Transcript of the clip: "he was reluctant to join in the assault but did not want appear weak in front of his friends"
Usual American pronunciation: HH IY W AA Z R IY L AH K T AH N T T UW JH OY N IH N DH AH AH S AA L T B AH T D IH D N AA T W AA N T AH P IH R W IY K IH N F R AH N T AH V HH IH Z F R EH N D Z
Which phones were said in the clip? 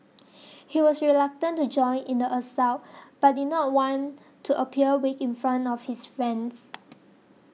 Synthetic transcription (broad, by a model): HH IY W AA S R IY L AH K T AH N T T UW JH OY N IH N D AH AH S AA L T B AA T D IH D N AA T W AA N T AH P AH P W IY K IH N F R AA N T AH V HH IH S F R EH N D S